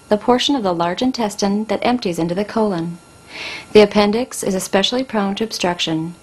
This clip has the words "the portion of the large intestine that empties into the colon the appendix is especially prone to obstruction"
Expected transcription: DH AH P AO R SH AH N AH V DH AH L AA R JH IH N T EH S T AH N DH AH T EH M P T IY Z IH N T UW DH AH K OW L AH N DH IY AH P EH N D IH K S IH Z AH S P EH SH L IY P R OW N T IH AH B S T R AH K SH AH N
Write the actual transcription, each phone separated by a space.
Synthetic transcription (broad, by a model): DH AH P AO R SH AH N AH V DH AH L AA R JH IH N T EH S T AH N DH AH T EH M P T IY Z IH N T UW DH AH K OW L AH N DH IY AH P EH N D IH K S IH Z AH S P EH SH L IY P R OW N T IH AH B S T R AH K SH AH N